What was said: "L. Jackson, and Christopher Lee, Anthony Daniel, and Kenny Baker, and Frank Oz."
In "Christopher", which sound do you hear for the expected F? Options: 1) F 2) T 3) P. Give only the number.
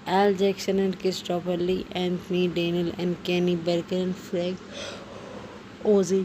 3